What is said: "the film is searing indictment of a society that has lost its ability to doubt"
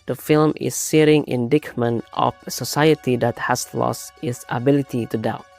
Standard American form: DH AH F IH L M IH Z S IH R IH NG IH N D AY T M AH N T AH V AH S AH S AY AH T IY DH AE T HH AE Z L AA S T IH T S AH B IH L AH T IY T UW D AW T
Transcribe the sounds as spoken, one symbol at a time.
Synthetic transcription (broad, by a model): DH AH F IH L M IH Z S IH R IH NG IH N D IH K M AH N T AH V AH S AH S AY AH T IY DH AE T HH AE S L AA S T IH T S AH B IH L AH T IY T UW D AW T